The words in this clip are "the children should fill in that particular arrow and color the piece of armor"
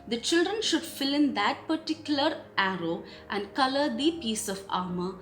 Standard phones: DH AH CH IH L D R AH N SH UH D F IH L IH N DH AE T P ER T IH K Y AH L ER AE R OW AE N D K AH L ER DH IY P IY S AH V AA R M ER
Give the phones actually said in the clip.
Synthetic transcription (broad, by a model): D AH CH IH L D R AH N SH UH D F IH L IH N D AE T P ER T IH K Y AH L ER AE R OW AE N D K AH L ER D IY P IY S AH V AA R M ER